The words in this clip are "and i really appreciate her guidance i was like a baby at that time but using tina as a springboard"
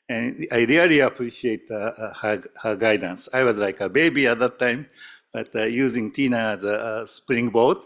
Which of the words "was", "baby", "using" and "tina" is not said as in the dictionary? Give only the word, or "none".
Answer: none